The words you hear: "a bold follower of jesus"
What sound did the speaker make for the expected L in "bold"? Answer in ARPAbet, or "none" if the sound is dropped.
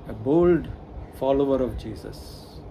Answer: L